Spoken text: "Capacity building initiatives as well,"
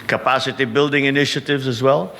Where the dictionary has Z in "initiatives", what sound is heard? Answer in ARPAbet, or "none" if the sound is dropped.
Z